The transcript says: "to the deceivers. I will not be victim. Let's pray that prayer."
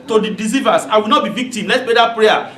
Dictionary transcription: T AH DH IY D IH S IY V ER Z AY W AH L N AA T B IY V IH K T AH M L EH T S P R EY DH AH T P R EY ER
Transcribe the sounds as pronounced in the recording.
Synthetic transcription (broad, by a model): T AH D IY D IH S IY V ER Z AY W AH L N AA T B IY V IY K T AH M L EH T S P EY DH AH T P R EY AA